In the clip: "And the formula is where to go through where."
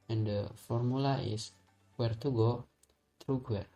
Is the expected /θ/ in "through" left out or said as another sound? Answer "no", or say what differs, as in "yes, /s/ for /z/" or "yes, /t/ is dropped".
yes, /t/ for /θ/